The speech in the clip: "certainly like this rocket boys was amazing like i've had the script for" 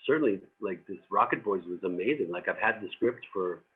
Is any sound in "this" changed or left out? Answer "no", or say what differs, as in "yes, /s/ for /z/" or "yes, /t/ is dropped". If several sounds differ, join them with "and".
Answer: no